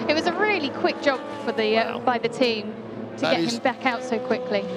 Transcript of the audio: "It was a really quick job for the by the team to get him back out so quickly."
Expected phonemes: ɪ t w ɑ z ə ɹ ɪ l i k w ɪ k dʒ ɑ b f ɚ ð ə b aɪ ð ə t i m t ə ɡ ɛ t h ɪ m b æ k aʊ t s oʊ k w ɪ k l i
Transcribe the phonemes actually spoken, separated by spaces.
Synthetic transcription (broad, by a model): ɪ t w ɑ z ə ɹ ɪ l i k w ɪ k dʒ ɑ b f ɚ ð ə b aɪ ð ə t i m t ə ɡ ɛ t h ɪ m b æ k aʊ t s oʊ k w ɪ k l i